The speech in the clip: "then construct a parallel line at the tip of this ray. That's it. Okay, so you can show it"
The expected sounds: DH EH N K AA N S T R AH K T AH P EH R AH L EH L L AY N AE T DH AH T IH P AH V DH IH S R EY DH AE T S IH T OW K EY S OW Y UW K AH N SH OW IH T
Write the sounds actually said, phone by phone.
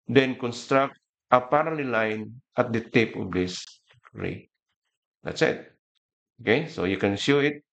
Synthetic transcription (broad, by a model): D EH N K AA N S T R AH K T AH P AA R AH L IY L L AY N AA T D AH T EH P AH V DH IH S R EY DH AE T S IH T OW K EY S OW Y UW K AH N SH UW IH T